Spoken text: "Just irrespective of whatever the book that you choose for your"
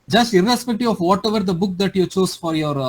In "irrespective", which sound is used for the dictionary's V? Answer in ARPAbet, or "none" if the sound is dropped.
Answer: none